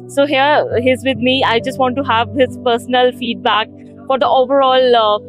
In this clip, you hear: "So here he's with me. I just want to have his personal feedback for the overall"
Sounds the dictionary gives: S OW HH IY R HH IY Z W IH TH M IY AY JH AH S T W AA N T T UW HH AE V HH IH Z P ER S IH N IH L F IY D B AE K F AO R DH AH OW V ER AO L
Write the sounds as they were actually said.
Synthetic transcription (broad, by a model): S OW HH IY R HH IY Z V IH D M IY AY JH AH S T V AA N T T UW HH AE V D IH S P ER S IH N IH L F IY D B AE K F AO R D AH OW V ER AO L